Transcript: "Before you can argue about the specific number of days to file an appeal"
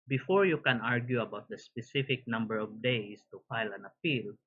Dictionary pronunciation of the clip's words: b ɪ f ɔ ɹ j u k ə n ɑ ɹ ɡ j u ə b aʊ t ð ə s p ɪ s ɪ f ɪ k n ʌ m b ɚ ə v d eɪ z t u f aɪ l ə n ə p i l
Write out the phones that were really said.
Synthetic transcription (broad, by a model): b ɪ f ɔ ɹ j u k ə n ɑ ɹ ɡ j u ə b aʊ t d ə s p ɪ s ɪ f ɪ k n ʌ m b ɚ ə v d eɪ s t u f aɪ l ə n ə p i l